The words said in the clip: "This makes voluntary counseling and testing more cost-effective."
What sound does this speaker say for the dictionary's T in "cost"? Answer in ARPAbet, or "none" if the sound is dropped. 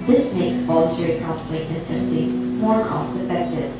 T